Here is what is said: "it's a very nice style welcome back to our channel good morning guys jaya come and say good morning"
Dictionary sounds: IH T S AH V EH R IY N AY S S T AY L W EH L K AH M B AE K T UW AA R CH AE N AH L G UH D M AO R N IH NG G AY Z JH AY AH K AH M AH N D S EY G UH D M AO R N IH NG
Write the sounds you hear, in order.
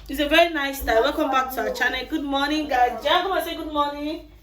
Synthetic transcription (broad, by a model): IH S AH V EH R IY N AY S S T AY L W EH L K AH M B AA K T UW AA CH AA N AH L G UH D M AO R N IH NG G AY JH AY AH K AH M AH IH S EY G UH D M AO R N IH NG